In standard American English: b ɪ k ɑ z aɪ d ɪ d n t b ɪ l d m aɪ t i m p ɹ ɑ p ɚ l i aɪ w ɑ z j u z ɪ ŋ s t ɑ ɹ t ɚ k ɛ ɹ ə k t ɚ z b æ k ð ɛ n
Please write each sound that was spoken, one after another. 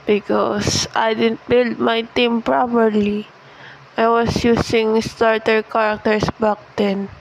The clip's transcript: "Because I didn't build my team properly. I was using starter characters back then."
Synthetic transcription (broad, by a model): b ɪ k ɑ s aɪ d ɪ d n t b ɪ l d m aɪ t i m p ɹ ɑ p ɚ l i aɪ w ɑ s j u s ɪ ŋ s t ɑ ɹ t ɚ k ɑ ɹ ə k t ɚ s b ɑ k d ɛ n